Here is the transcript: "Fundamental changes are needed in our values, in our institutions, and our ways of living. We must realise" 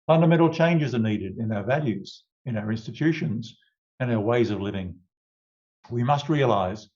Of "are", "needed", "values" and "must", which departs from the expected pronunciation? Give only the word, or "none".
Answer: none